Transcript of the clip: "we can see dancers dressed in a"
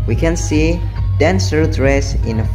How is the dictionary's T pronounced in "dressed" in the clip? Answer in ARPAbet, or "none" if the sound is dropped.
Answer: none